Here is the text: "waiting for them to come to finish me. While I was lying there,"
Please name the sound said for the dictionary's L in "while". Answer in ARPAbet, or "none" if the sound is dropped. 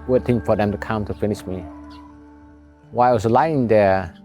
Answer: W